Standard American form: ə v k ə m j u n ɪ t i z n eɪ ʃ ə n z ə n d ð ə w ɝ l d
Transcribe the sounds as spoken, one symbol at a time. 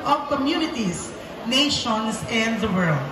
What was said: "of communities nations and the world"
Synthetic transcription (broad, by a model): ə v k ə m j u n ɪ t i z n eɪ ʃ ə n s ə n d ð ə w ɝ l d